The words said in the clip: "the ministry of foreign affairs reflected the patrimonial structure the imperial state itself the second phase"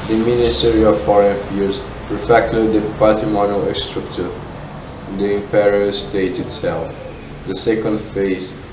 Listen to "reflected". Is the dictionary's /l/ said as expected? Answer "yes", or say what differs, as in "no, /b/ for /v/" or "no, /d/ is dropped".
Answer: no, /l/ is dropped